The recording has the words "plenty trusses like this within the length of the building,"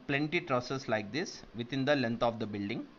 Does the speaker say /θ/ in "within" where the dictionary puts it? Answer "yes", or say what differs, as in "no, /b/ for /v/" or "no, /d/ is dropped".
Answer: no, /t/ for /θ/